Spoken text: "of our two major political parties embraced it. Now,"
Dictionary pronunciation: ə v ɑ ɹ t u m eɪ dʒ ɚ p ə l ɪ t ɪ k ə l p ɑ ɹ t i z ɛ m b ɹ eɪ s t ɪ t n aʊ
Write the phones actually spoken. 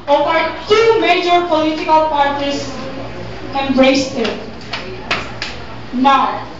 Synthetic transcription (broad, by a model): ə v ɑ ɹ t u m eɪ dʒ ɚ p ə l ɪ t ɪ k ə l p ɑ ɹ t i s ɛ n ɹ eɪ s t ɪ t n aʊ